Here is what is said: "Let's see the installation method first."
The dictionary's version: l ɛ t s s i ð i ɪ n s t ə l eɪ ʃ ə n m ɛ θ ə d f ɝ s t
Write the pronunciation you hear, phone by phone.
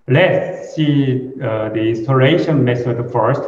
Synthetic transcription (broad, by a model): l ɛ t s s i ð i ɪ n s t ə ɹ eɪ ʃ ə n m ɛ s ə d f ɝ s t